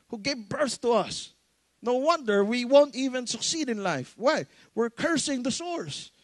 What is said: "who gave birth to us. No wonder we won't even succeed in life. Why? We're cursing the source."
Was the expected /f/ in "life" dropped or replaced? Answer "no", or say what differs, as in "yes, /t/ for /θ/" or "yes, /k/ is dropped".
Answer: no